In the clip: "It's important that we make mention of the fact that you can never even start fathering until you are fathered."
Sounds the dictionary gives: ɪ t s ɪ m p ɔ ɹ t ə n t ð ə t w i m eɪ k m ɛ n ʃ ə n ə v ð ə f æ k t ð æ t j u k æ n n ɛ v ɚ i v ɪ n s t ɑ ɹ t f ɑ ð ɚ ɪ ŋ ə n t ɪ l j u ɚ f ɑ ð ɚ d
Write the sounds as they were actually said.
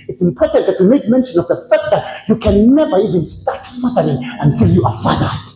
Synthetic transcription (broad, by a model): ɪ t s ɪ m p ɔ ɹ t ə n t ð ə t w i m eɪ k m ɛ n ʃ ə n ə v ð ə f æ k t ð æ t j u k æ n n ɛ v ɚ i v ɪ n s t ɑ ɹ t f ɑ ð ɚ ɪ ŋ ə n t ɪ l j u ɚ f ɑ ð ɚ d